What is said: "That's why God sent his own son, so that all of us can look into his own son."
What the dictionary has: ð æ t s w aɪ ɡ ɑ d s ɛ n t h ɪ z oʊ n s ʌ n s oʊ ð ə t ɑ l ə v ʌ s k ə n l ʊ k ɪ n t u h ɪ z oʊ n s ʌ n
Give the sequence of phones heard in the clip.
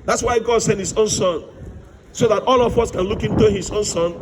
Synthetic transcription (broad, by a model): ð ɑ t s w aɪ ɡ ɑ d s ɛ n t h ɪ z oʊ n s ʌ n s oʊ ð ə t ɑ l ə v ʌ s k ə n l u k ɪ n t u h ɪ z oʊ n s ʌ n